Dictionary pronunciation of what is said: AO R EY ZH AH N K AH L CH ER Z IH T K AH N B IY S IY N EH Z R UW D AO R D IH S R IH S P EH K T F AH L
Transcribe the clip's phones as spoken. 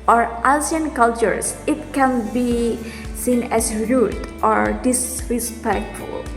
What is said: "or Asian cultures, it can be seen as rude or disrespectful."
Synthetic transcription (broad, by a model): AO R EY S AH N K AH L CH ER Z IH T K AH N B IY S IY N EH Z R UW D AO R D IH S R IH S P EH K T F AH L